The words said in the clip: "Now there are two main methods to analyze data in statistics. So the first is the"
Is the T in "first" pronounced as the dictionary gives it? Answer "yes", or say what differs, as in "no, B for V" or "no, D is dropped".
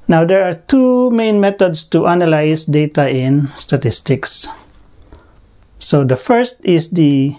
yes